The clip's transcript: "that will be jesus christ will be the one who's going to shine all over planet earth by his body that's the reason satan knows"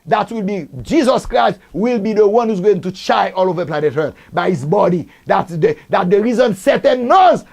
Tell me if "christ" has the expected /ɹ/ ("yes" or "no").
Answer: yes